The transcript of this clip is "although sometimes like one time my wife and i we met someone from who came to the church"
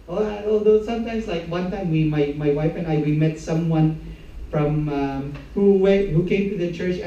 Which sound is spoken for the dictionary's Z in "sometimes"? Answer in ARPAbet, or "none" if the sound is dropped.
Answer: S